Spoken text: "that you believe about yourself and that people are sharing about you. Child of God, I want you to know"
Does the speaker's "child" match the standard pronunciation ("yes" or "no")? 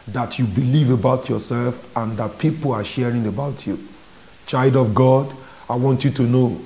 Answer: yes